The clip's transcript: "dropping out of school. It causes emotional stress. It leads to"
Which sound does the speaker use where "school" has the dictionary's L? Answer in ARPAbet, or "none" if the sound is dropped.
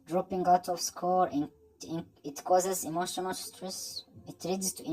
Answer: N